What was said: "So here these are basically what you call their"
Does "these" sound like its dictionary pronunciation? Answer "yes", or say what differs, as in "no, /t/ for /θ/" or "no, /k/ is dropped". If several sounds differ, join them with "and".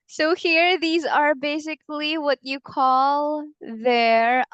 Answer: yes